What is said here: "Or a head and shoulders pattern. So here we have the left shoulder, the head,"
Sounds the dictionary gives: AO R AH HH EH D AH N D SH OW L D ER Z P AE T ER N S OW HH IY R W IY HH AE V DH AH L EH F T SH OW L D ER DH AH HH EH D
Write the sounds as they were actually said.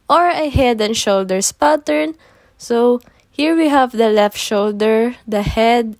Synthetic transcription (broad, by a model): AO R AH HH EH D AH N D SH OW L D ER S P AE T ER N S OW HH IY R W IY HH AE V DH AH L EH F T SH OW L D ER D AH HH EH D